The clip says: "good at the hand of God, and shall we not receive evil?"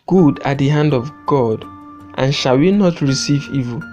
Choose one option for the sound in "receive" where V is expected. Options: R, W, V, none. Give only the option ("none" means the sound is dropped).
V